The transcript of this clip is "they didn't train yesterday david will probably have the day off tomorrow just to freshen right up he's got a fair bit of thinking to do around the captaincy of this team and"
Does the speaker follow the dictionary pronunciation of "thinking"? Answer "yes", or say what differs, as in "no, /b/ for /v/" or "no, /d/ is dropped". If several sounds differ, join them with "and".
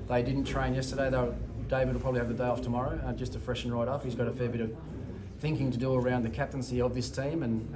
yes